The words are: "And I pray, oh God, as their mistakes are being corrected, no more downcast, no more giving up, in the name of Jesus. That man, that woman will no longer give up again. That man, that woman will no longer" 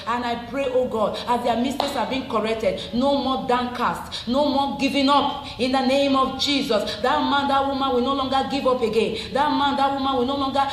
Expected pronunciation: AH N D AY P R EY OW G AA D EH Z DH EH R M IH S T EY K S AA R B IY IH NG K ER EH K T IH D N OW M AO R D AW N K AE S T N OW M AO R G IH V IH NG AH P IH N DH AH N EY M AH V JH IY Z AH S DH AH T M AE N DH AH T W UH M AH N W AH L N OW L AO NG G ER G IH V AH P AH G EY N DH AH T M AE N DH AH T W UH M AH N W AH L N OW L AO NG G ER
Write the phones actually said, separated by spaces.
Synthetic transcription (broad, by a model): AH N AY P R EY OW G AA D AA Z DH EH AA M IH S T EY S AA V B IY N K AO EH K T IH D N OW M AO D AW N K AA S T N OW M AO G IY V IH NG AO P IH N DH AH N EY M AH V JH IY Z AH S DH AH T M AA N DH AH T W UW M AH N W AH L N OW L AO NG G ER G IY V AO P AH G EY N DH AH T M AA N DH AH T W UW M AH N W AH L N OW L AO NG G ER